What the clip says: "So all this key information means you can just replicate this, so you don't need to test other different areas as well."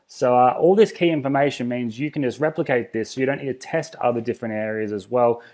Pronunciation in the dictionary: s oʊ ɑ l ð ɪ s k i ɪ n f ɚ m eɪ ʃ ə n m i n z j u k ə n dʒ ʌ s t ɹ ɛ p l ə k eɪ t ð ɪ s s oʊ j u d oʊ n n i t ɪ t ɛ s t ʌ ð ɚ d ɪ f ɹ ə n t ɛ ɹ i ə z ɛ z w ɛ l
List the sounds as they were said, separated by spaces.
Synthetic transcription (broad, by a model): s oʊ ɑ l ð ɪ s k i ɪ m f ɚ m eɪ ʃ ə n m i n z j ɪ k n dʒ ʌ s t ɹ ɛ p l ə k eɪ t ð ɪ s s oʊ j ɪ d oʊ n n i t ɪ t ɛ s t ʌ ð ɚ d ɪ f ɹ ə n t ɛ ɹ i ə z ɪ z w ɛ l